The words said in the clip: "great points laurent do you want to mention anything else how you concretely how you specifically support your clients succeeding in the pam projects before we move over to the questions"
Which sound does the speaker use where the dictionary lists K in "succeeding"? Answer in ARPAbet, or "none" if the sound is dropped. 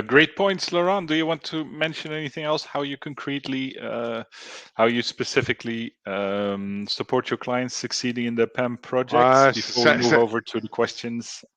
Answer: K